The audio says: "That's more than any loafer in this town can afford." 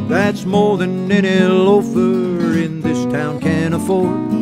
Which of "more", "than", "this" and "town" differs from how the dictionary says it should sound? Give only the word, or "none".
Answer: none